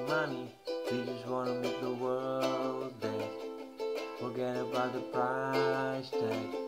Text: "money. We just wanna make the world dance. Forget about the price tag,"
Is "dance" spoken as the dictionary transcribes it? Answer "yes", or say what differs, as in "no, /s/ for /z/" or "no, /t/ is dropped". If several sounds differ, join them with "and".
no, /n/ is dropped